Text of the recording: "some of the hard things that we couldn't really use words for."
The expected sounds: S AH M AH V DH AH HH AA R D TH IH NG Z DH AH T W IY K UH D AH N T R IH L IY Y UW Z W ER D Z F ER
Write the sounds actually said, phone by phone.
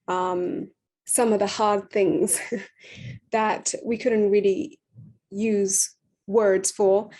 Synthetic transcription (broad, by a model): S AH M AH V DH AH HH AA R D TH IH NG Z DH AH T W IY K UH D N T R IH L IY Y UW Z W ER D Z F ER